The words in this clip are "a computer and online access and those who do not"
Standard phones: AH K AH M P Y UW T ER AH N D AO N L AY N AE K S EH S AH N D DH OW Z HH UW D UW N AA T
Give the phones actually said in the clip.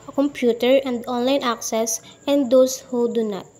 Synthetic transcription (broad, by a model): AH K AH M P Y UW T ER AH N D AO N L AY N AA K S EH S AH N D OW S HH UW D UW N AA T